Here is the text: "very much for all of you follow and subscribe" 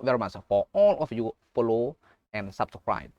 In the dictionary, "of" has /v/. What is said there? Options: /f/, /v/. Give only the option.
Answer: /f/